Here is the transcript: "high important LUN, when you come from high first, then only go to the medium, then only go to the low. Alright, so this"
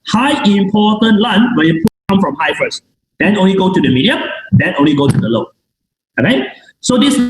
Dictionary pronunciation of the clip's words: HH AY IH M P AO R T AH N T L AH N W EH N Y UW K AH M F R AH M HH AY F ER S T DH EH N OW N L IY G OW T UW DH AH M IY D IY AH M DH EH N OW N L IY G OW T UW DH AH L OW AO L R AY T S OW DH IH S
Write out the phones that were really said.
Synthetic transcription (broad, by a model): HH AY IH M P AO T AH N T L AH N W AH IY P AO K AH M F R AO M HH AY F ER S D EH N OW N L IY G OW T UW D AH M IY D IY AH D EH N OW N L IY G OW T UW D AH L OW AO R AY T S OW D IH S